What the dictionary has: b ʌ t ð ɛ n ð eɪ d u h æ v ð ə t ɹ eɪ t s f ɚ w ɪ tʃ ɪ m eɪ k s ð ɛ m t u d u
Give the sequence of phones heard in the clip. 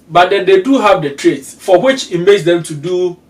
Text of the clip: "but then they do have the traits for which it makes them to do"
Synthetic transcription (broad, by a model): b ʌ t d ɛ n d eɪ d u h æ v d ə t ɹ eɪ t s f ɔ w ɪ tʃ ɪ m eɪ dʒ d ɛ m t u d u